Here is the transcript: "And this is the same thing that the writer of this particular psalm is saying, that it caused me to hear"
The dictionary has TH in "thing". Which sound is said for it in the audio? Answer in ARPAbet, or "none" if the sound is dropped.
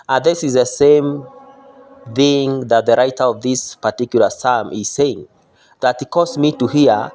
TH